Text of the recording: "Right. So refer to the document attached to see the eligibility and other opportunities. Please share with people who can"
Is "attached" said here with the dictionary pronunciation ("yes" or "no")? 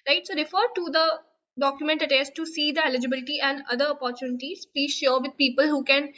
no